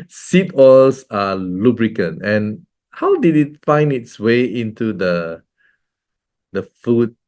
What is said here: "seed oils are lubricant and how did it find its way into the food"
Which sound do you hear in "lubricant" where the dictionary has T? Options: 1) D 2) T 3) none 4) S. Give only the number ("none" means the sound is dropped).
3